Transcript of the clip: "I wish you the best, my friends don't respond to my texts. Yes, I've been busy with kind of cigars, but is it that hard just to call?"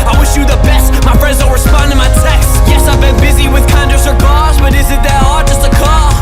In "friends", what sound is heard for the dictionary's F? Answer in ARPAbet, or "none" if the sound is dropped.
P